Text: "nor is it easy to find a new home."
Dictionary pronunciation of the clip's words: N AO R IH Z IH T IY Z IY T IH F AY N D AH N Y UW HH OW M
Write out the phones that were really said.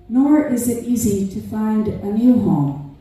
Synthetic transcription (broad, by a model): N AO R IH Z IH T IY Z IY T IH F AY N D AH N Y UW HH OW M